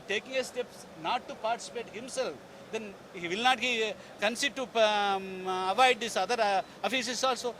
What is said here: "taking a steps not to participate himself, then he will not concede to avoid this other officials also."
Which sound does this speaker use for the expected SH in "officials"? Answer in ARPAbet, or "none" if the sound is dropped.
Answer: S